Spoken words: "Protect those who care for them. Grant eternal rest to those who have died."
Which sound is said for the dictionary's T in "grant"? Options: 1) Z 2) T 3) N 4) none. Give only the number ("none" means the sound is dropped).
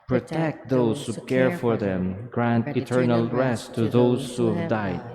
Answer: 2